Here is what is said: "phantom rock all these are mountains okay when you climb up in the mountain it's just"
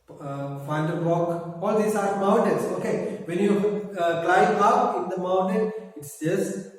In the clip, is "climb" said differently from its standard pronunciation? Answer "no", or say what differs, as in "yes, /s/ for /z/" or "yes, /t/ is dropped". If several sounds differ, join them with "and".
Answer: yes, /m/ is dropped